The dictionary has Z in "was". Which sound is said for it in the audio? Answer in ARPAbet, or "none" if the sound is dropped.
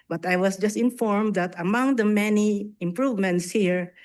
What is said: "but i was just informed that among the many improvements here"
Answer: S